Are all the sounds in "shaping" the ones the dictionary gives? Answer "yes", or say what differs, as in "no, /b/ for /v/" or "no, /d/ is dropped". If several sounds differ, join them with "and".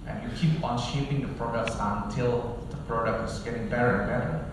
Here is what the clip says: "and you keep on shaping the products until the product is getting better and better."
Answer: yes